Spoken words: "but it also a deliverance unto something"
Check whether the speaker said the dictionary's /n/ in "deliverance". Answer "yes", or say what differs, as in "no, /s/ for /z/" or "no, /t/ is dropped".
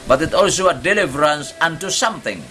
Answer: yes